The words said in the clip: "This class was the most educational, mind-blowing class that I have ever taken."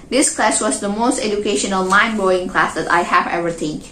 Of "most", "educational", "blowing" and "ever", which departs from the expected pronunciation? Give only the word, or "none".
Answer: blowing